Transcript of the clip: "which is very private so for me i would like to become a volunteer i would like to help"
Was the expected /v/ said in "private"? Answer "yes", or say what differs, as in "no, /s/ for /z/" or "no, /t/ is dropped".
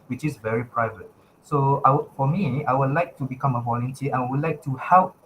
yes